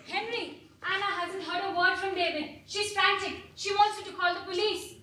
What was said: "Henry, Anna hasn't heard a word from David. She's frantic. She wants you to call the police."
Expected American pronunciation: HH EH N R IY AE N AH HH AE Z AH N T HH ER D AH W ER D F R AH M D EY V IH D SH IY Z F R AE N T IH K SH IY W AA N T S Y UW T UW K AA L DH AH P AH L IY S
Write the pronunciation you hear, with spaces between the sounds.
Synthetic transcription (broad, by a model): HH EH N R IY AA N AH HH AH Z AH N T HH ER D AH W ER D F R AH M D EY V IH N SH IY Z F R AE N S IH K SH IY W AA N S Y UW T UW K AA L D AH P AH L IY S